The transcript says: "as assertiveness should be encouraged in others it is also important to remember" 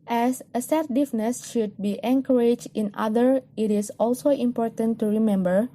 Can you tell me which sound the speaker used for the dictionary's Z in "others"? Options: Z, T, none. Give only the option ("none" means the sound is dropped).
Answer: none